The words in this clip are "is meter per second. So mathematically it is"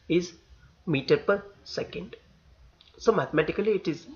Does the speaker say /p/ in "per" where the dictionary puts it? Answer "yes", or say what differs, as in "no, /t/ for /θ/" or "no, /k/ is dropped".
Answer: yes